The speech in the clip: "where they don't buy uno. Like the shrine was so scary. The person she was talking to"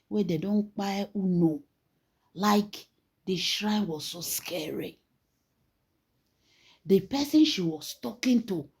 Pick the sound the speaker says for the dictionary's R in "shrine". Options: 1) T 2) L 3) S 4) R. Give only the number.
4